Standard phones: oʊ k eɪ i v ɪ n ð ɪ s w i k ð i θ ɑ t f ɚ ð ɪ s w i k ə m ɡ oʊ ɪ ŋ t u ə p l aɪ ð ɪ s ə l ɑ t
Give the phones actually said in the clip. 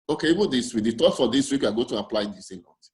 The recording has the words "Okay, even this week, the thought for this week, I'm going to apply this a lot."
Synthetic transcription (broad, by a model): oʊ k eɪ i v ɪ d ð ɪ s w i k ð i t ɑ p f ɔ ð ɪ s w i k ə ɡ oʊ t u ə p l aɪ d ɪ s ə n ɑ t